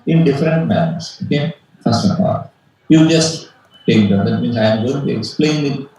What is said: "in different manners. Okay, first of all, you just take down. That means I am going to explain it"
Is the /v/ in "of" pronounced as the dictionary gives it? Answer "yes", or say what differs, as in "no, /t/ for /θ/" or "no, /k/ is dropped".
no, /p/ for /v/